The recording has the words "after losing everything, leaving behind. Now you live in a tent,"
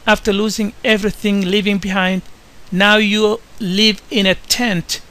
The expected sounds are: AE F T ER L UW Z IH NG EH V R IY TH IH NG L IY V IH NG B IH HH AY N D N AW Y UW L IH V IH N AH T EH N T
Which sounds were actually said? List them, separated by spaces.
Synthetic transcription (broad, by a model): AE F T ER L UW Z IH NG EH V R IY TH IH NG L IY V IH NG B IH HH AY N D N AW Y UW L IH V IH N AH T EH N T